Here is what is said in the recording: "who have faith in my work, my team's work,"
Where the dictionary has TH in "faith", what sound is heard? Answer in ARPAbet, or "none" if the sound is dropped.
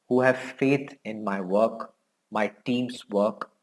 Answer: T